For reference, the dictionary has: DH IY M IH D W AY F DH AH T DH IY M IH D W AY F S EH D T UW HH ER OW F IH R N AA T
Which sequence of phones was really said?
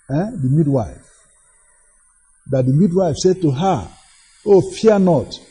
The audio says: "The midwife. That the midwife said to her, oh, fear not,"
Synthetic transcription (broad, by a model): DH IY M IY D W AY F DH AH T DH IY M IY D W AY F S EH D T UW HH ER OW F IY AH N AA T